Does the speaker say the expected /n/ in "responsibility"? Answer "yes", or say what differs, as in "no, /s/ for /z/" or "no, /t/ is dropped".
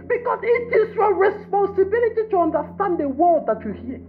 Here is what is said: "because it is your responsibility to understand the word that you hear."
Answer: yes